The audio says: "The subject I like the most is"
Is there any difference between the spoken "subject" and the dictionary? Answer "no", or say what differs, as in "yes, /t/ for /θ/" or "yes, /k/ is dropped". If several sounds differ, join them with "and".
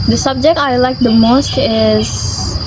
no